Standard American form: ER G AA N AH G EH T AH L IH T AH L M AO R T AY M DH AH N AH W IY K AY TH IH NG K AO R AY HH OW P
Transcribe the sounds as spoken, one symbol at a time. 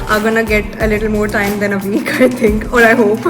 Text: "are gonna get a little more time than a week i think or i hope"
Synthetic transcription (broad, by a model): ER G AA N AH G EH T AH L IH T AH L M AO R T AY M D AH N AH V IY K AY T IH NG K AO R AY HH OW P